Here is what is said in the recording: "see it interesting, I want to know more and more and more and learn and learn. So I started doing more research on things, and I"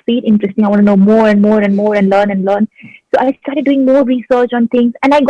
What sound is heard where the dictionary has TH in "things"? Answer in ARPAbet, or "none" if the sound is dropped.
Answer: T